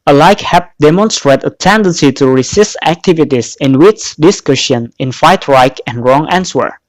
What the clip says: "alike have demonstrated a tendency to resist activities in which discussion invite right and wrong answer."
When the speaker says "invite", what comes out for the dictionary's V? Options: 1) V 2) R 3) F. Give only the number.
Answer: 3